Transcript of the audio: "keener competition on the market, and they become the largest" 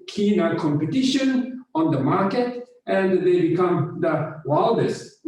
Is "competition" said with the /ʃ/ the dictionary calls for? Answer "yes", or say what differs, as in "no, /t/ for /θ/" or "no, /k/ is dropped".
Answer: yes